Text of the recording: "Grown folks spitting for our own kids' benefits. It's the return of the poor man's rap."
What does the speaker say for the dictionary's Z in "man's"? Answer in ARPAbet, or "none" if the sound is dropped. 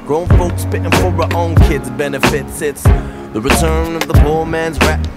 Z